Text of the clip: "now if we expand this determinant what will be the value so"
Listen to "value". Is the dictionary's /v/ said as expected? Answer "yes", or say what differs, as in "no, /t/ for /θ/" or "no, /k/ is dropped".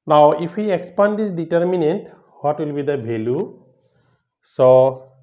no, /b/ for /v/